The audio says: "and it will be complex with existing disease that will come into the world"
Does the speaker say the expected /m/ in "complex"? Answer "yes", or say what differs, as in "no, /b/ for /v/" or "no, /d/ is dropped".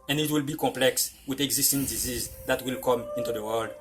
yes